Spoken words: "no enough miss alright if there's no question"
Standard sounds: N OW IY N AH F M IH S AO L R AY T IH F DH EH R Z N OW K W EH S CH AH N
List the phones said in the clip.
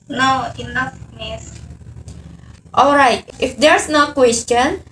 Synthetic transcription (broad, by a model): N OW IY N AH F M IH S AO L R AY T IH F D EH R S N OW K W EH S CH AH N